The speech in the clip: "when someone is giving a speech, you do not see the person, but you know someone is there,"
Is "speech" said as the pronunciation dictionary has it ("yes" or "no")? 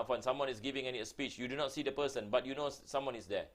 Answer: yes